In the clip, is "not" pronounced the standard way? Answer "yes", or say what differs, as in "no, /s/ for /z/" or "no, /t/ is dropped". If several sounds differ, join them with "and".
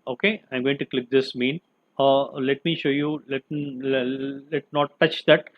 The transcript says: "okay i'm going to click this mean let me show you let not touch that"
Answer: no, /l/ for /n/